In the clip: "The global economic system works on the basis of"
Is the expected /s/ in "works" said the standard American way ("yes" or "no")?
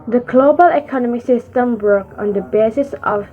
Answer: no